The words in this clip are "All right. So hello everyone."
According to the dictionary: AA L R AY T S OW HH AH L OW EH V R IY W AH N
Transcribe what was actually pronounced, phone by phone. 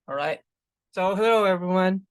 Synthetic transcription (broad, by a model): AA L R AY T S OW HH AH OW EH V R IY W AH N